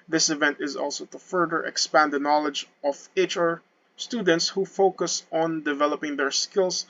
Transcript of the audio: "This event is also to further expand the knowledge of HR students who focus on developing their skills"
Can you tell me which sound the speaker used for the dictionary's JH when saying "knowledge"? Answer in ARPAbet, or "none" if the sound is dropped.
JH